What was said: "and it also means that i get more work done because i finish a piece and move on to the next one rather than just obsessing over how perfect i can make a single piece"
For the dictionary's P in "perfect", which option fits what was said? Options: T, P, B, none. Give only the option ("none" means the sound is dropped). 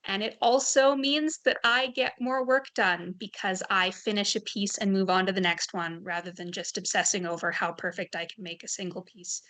P